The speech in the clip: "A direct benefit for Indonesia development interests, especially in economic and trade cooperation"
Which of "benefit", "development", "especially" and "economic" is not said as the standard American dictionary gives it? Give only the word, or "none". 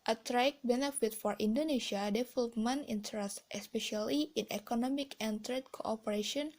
development